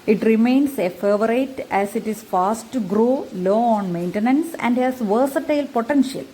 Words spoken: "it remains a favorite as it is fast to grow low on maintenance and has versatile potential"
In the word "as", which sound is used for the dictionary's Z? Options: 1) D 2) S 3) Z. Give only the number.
2